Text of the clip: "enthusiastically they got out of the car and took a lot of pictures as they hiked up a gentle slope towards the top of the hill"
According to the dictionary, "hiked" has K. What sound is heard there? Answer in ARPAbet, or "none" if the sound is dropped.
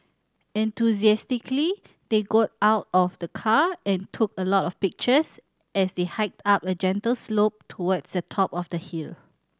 K